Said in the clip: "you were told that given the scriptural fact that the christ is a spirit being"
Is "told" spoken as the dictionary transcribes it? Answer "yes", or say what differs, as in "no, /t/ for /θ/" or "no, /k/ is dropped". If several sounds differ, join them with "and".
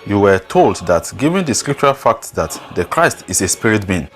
yes